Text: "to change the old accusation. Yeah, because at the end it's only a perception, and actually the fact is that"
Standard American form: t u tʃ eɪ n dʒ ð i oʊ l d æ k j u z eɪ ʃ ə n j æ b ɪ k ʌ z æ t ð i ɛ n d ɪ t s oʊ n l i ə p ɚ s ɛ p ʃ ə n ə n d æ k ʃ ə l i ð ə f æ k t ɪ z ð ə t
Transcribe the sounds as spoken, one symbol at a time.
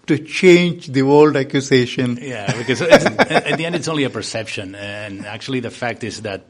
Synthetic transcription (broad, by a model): t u tʃ eɪ n dʒ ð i oʊ l d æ k j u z eɪ ʃ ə n j æ b ɪ k ʌ z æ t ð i ɛ n d ɪ t s oʊ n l i ə p ɚ s ɛ p ʃ ə n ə n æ k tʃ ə l i ð ə f æ k t ɪ z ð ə t